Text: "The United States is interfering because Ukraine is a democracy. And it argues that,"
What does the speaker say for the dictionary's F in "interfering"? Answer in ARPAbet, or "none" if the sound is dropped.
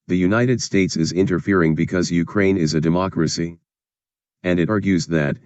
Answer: F